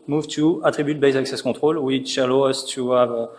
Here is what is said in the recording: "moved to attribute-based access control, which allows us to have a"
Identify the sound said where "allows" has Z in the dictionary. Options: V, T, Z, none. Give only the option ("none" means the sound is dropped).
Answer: none